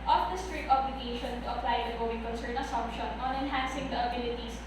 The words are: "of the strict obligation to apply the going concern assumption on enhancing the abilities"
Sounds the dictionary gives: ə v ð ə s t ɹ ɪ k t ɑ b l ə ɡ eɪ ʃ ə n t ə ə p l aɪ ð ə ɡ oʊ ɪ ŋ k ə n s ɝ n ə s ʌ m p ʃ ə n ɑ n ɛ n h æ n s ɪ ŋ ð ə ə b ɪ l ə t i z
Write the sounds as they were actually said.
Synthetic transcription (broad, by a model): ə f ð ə s t ɹ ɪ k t ɑ b l ə ɡ eɪ ʃ ə n t ə ə p l aɪ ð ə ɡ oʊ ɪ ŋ k ə n s ɝ n ə s ʌ m p ʃ ə n ɑ n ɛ n h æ n s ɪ ŋ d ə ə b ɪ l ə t i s